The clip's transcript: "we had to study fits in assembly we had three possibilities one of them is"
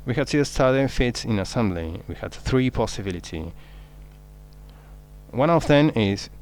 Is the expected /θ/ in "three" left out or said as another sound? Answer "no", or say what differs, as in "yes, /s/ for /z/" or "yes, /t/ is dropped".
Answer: no